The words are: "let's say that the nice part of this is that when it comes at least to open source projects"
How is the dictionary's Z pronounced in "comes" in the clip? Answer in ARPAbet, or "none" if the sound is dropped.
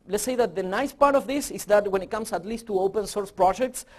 S